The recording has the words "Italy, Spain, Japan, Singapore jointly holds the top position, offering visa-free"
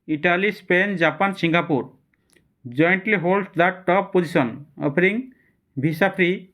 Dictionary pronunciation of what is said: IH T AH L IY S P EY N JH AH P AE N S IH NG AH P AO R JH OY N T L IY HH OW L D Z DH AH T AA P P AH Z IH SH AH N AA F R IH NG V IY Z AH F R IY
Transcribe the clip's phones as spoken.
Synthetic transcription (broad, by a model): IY T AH L IY S P EY N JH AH P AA N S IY NG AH P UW R JH OY N T L IY HH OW L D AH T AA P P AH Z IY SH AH N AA P R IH NG B IY S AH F R IY